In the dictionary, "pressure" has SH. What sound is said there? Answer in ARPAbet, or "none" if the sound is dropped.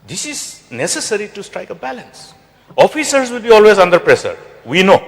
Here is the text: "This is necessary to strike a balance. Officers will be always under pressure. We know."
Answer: S